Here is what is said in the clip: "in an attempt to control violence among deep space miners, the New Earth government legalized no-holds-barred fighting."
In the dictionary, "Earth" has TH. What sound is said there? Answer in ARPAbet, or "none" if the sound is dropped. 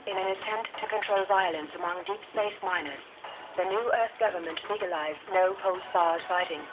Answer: TH